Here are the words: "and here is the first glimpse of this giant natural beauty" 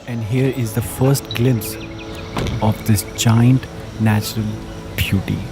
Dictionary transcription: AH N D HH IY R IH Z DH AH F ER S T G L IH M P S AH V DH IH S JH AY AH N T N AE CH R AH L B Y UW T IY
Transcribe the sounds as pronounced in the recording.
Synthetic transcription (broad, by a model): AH N D HH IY R IH Z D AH F ER S T G L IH M S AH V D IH S JH AY AH N T N AE CH R AH L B Y UW T IY